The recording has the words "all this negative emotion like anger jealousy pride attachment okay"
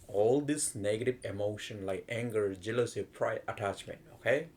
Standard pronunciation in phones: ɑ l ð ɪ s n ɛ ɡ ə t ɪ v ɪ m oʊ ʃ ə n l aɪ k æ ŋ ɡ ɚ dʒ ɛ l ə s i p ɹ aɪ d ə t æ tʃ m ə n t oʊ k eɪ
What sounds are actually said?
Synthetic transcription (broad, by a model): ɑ l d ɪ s n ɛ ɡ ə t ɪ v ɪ m oʊ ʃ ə n l aɪ k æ ŋ ɡ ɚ dʒ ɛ l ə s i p ɹ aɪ ə t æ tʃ m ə n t oʊ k eɪ